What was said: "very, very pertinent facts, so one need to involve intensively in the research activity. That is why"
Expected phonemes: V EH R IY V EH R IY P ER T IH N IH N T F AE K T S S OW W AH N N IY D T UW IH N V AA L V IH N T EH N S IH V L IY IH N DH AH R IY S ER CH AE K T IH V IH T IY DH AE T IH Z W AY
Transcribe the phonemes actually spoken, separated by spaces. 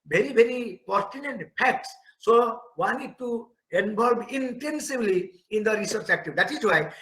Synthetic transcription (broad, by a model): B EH R IY B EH R IY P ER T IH N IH N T P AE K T S S OW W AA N N IY D T UW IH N B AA L B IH N T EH N S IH B L IY IH N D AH R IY S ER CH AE K T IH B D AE T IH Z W AY